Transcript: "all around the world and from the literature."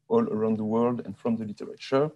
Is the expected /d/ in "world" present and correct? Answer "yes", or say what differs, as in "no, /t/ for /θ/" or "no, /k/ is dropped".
yes